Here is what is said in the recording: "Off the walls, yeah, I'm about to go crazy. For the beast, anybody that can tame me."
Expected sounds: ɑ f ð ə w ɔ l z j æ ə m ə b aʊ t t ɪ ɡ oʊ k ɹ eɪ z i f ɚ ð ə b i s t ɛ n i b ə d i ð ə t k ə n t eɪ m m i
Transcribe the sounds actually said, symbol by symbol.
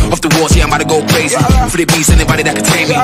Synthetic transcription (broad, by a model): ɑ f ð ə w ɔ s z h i ə m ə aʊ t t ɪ ɡ oʊ k ɹ eɪ z i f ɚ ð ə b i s ɛ n i b ə d i ð ə t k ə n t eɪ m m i